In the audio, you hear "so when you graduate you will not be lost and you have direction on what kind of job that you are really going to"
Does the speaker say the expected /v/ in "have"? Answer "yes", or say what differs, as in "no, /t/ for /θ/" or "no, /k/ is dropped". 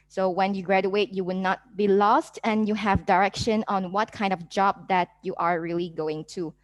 yes